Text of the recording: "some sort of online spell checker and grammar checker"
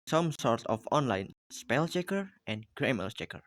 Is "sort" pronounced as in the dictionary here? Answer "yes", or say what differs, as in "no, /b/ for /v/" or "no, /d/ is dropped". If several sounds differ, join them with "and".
yes